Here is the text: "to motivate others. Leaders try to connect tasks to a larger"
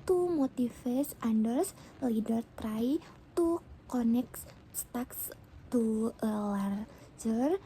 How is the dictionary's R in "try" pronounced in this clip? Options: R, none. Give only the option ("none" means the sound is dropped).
R